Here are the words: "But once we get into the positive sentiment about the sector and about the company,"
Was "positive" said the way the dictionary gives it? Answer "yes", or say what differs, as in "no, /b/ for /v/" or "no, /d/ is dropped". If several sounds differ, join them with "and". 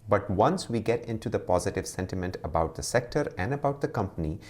yes